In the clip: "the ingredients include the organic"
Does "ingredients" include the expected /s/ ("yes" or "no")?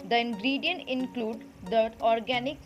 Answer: no